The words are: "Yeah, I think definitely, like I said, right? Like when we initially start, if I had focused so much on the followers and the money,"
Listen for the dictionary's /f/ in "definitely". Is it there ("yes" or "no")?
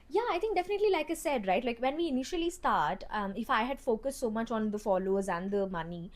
yes